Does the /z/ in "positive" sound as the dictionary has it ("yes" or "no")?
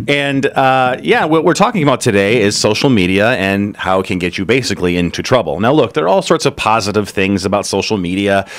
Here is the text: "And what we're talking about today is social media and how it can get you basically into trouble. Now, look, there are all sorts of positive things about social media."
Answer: yes